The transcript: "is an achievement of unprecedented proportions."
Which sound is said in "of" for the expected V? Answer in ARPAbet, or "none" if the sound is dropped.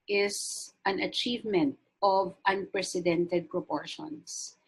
V